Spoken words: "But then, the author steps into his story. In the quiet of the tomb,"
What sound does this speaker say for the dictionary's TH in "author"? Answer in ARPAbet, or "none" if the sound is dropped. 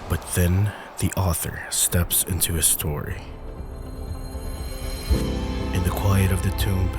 TH